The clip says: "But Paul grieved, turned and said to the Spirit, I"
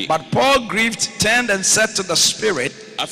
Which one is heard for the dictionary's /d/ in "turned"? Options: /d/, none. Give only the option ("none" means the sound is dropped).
/d/